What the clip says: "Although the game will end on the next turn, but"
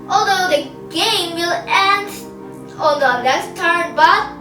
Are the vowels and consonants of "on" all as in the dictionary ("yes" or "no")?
no